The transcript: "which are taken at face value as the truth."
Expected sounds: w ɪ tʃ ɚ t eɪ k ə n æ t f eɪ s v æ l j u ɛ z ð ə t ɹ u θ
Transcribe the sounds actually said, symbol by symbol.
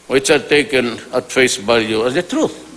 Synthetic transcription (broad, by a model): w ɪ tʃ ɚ t eɪ k ə n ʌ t f eɪ s b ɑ j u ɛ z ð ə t ɹ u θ